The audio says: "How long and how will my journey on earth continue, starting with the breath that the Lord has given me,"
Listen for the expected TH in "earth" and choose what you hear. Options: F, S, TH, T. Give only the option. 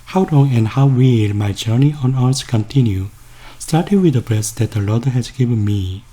S